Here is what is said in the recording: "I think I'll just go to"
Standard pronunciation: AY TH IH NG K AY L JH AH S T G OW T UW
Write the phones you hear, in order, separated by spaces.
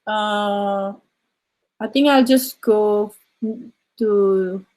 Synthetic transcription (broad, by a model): AY T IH NG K AY L JH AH S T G OW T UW